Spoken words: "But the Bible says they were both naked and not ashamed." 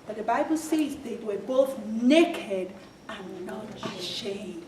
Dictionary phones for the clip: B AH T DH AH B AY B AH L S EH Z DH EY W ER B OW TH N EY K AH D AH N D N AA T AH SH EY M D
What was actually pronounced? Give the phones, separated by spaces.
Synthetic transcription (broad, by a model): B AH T DH AH B AY B AH L S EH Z DH EY W ER B OW TH N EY K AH D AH N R N AA T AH SH EY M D